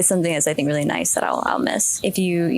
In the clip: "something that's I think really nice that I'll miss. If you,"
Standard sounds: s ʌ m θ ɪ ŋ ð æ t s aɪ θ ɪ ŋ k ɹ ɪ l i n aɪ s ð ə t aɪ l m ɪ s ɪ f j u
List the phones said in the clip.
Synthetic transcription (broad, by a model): s ʌ m θ ɪ ŋ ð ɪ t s aɪ θ ɪ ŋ k ɹ ɪ l i n aɪ s ð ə t aɪ l m ɪ s ɪ f j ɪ